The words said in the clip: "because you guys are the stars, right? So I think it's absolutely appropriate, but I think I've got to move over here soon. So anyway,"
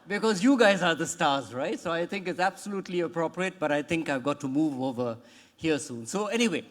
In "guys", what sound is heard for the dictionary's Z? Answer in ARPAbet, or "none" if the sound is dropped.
Z